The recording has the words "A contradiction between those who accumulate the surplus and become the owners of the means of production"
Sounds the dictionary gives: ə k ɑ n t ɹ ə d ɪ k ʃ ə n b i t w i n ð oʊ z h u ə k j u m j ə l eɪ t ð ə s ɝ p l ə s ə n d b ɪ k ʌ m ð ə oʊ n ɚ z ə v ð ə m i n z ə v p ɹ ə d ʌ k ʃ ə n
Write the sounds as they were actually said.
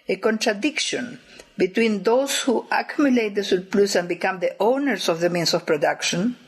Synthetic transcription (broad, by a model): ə k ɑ n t ɹ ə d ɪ k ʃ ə n b i t w i n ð oʊ s h u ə k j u m j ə l eɪ t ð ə s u p l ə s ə n b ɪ k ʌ m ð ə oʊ n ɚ s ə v ð ə m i n s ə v p ɹ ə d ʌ k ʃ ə n